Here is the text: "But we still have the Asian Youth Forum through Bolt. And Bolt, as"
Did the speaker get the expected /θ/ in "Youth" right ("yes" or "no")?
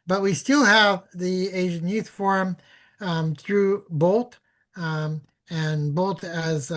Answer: yes